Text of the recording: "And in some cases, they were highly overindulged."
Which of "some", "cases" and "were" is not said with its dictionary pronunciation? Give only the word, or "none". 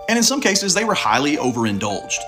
none